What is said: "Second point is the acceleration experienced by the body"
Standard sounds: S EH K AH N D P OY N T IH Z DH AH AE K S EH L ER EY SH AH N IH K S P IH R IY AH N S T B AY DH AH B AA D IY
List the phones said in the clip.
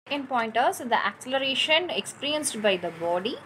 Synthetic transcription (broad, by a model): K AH N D P OY N T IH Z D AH AE K S EH L ER EY SH AH N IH K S P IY R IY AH N S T B AY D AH B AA D IY